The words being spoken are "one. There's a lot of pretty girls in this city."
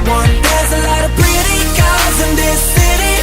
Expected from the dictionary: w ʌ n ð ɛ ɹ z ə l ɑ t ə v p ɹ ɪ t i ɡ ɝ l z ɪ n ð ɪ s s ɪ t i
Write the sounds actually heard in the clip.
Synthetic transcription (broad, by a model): w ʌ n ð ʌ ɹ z ə l ɑ t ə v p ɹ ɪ t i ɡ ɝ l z ɪ n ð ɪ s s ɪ t i